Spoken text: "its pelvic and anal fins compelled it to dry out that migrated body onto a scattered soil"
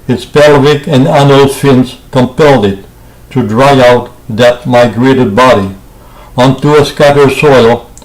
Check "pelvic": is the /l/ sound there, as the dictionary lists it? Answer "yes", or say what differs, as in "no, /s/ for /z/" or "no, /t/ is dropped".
yes